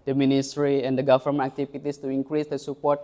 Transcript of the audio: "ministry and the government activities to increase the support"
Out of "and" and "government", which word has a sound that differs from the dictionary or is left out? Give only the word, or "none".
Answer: government